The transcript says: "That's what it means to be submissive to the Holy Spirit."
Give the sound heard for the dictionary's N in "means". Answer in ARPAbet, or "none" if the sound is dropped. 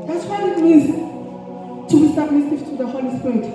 none